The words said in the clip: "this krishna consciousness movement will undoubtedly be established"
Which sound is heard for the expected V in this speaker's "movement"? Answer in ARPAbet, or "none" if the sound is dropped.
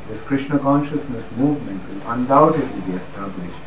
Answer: V